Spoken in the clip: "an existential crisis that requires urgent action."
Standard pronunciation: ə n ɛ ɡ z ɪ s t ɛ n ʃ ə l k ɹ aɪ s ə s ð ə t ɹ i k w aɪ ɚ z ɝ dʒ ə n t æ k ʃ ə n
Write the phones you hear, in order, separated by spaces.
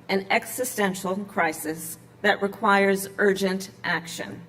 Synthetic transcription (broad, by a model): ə n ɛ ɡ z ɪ s t ɛ n ʃ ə l k ɹ aɪ s ə s ð ə t ɹ i k w aɪ ɚ z ɝ dʒ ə n t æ k ʃ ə n